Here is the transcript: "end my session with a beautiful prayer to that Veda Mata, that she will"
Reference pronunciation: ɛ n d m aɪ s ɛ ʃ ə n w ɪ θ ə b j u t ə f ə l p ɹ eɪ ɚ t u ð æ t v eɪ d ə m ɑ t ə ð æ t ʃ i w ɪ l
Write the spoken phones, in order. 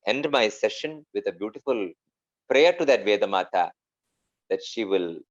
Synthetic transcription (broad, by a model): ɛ n d m aɪ s ɛ ʃ ə n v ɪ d ə b j u t ə f ə l p ɹ eɪ ɚ t u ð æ t v eɪ d ə m ɑ t ə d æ t ʃ i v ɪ l